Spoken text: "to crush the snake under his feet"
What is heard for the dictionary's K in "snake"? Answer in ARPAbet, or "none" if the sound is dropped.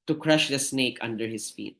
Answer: K